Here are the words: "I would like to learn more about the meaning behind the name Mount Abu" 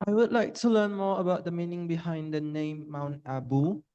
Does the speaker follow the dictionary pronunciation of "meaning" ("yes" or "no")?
yes